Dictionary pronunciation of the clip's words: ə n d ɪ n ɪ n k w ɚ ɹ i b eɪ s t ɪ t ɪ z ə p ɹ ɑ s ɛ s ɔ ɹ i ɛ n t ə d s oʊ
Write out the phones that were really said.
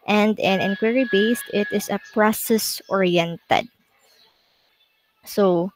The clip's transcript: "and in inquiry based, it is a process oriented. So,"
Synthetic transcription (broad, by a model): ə n d ɪ n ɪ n k w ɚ ɹ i b eɪ s t ɪ t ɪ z ə p ɹ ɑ s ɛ s ɔ ɹ i ɛ n t ə d s oʊ